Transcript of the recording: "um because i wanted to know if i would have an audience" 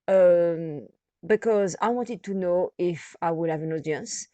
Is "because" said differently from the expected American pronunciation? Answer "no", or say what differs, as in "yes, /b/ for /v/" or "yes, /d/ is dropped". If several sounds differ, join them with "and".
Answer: no